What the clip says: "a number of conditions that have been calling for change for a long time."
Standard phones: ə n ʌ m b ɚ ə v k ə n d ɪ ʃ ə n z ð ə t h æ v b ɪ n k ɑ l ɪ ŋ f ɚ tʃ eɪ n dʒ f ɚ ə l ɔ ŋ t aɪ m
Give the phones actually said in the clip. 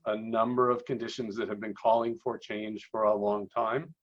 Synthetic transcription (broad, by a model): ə n ʌ m b ɚ ə v k ə n d ɪ ʃ ə n z ð ə t h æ v b ɪ n k ɑ l ɪ ŋ f ɚ tʃ eɪ n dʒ f ɚ ə l ɔ ŋ t aɪ m